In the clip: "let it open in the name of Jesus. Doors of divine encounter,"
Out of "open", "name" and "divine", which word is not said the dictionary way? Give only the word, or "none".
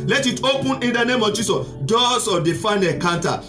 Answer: divine